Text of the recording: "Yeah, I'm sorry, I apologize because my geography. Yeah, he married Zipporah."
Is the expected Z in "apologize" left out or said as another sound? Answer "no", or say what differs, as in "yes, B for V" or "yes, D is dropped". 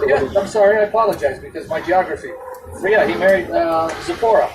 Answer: no